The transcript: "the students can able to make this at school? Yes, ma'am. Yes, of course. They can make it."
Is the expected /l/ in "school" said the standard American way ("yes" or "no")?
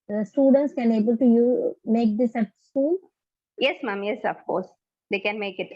no